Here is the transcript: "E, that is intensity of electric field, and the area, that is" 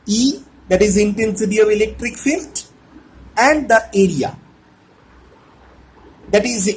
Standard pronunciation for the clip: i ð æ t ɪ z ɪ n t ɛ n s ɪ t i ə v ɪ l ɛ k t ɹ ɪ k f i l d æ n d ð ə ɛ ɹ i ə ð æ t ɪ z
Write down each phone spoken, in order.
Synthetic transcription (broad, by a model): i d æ t ɪ z ɪ n t ɛ n s ɪ t i ə v ɪ l ɛ k t ɹ ɪ k f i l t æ n d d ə ɛ ɹ i ə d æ t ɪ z